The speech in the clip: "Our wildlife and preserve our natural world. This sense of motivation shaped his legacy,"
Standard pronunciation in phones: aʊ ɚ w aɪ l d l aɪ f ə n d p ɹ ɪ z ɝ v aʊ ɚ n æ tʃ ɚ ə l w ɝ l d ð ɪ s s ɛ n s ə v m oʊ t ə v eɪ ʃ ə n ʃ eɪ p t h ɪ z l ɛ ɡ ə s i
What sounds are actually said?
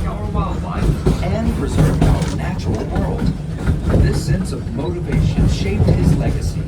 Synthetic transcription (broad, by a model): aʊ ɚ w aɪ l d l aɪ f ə n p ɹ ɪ z ɝ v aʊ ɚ n æ tʃ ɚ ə l w ɝ l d ð ɪ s s ɛ n s ə v m oʊ t ə v eɪ ʃ ə n ʃ eɪ p t h ɪ z l ɛ ɡ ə s i